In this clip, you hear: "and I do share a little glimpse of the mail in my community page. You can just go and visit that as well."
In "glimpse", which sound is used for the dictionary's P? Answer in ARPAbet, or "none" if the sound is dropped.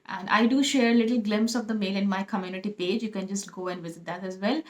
P